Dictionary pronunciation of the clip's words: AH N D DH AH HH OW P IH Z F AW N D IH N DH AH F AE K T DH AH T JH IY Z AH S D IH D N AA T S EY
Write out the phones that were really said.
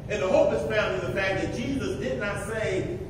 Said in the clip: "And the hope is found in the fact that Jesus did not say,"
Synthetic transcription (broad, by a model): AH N DH AH HH OW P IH S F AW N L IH DH AH F AE K DH AH T JH IY Z AH S D IH D N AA T S EY